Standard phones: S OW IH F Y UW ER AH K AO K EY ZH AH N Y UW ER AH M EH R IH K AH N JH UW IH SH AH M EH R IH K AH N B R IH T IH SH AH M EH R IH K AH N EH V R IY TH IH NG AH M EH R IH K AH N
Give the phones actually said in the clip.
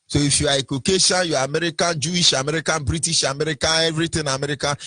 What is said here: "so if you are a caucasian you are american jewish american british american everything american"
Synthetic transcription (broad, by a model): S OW IH F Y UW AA AH K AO K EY S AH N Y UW AH M EH R IH K AH N JH UW IH SH AH M EH R IH K AH N B R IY T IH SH AH M EH R IH K AH N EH V R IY T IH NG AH M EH R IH K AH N